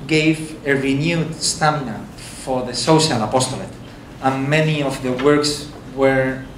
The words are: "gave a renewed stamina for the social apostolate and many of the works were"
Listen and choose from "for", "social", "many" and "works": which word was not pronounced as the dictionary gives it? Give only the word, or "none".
none